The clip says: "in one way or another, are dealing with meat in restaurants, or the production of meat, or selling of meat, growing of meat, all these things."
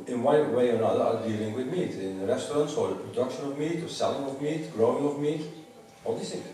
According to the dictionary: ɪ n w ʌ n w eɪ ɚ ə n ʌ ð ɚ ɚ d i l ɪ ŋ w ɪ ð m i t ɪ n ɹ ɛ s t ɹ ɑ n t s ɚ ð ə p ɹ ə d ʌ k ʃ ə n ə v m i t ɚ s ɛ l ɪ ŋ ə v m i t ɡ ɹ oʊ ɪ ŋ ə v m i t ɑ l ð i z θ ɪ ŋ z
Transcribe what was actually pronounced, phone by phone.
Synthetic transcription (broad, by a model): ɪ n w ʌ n w eɪ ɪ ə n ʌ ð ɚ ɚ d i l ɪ ŋ w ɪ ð m i t ɪ n ɹ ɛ s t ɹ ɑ n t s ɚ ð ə p ɹ ə d ʌ k ʃ ə n ə v m i t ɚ s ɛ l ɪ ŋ ə v m i t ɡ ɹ oʊ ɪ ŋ ə v m i t ɑ l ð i s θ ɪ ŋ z